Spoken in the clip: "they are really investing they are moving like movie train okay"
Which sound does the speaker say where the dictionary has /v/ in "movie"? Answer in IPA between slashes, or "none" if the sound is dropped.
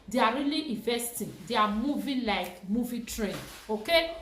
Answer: /v/